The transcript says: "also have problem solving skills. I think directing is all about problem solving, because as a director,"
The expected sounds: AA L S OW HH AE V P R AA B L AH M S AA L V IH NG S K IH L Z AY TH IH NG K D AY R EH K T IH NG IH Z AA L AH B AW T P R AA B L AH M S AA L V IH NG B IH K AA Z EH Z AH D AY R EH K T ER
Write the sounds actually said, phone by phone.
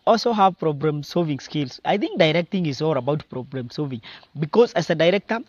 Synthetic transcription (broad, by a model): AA L S OW HH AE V P R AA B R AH M S AA L V IH NG S K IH L S AY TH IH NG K D AY R EH K T IH NG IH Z AA L AH B AW T P R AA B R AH M S AA L V IH NG B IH K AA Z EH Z AH D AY R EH K T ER